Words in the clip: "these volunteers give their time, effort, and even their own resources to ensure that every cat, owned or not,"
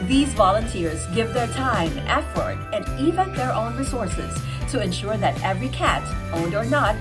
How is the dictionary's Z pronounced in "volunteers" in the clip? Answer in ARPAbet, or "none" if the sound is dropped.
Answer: Z